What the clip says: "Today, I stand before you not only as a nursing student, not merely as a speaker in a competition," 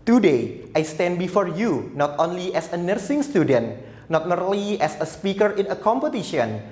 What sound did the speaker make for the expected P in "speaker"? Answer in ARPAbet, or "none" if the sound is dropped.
P